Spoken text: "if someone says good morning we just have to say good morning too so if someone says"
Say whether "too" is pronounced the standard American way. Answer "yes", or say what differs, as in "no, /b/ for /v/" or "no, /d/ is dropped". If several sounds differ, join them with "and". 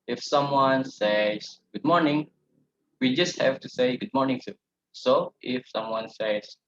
no, /s/ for /t/